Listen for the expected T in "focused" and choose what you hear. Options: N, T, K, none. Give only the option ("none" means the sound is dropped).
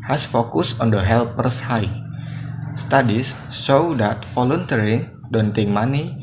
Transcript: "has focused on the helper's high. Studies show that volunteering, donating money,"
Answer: none